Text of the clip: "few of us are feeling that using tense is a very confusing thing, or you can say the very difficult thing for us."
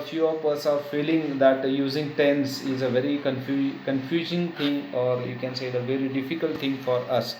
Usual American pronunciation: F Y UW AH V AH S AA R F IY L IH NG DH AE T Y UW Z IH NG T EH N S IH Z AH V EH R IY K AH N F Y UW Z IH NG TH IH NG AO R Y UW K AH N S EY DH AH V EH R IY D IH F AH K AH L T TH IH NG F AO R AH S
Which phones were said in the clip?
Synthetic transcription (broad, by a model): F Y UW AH P AH S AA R F IY L IH NG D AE T Y UW Z IH NG T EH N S IH Z AH V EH R IY K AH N F Y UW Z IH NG T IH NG AO R Y UW K AH N S EY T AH V EH R IY D IH F AH K AH L T T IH NG F AO R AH S